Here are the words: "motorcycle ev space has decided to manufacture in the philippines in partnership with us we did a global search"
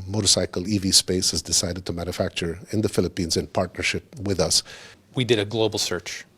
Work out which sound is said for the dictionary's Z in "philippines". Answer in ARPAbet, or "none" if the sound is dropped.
Z